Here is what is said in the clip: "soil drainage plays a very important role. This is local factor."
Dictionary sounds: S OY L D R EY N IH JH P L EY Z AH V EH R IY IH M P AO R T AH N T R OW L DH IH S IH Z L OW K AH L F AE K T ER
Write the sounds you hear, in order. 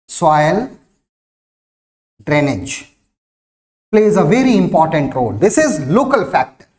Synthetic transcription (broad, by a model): S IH L D R EY N IH JH P L EY Z AH V EH R IY IH M P AO R T AH N T R OW L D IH S IH Z L OW K AH L F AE K T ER